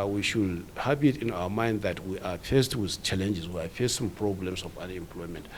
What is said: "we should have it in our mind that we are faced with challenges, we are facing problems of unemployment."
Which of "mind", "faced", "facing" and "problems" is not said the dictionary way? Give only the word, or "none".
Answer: problems